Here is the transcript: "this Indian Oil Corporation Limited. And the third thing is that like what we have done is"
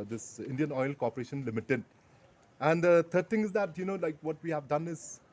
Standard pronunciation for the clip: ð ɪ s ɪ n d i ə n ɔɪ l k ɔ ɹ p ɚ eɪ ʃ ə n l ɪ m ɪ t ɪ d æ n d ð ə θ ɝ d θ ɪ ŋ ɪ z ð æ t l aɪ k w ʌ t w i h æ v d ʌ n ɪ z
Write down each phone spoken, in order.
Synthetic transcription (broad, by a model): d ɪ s ɪ n d i ə n ɔɪ l k ɔ ɹ p ɚ eɪ ʃ ə n l ɪ m ɪ t ɪ d æ n d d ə t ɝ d t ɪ ŋ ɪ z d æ t l aɪ k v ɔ t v i h æ v d ʌ n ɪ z